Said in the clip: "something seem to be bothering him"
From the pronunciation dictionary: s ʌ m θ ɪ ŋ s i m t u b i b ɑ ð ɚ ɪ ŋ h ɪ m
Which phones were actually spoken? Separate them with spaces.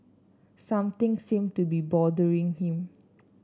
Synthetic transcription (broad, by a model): s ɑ m t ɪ ŋ s i m t u b i b ɑ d ɚ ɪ ŋ h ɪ m